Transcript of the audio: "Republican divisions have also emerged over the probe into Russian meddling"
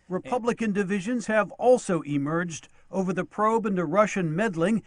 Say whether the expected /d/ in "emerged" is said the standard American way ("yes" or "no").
yes